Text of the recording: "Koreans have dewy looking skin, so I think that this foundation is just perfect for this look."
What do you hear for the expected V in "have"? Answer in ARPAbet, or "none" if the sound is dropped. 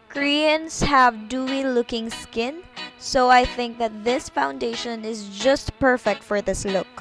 V